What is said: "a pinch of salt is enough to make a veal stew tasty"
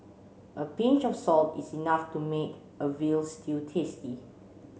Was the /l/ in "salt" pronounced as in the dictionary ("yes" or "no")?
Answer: yes